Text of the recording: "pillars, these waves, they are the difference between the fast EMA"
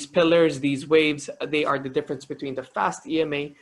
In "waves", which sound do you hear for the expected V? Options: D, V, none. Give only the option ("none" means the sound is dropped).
V